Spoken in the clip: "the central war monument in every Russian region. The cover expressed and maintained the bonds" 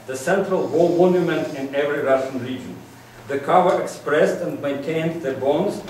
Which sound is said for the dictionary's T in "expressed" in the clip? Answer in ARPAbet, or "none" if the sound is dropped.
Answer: T